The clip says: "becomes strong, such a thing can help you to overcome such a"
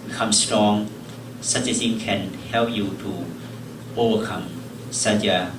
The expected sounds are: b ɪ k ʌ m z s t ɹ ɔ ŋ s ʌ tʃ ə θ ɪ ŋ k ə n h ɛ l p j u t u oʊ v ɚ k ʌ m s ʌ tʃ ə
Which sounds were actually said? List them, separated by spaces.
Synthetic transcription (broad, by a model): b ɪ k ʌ m s t ɹ ɔ ŋ s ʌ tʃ ə s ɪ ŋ k ə n h ɛ l p j u t u oʊ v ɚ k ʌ m s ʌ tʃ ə